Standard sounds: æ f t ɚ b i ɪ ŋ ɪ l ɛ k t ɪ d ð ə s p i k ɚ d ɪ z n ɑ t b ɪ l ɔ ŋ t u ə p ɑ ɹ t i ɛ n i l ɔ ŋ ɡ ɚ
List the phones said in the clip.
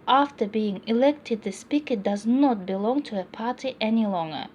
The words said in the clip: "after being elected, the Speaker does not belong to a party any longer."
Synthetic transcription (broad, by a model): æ f t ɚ b i ɪ ŋ ɪ l ɛ k t ɪ d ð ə s p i k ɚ d ɪ z n ɑ t b ɪ l ɔ ŋ t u ə p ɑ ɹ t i ɛ n i l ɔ ŋ ɡ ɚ